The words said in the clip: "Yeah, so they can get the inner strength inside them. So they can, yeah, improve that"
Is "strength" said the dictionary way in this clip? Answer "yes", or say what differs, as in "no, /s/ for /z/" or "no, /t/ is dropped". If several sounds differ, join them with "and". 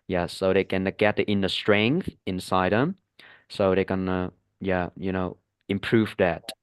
yes